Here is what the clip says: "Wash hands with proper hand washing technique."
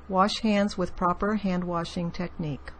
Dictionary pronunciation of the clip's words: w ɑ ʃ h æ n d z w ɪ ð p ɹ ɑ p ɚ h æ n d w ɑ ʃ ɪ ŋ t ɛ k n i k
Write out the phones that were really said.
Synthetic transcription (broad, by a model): w ɑ ʃ h æ n d z w ɪ ð p ɹ ɑ p ɚ h æ n d w ɑ ʃ ɪ ŋ t ɛ k n i k